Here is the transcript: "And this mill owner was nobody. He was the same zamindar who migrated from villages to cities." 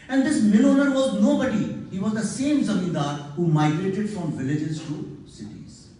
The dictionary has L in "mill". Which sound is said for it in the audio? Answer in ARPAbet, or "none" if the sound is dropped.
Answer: N